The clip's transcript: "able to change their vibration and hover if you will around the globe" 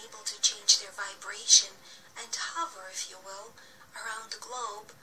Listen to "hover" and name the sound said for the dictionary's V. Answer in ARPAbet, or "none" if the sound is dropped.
V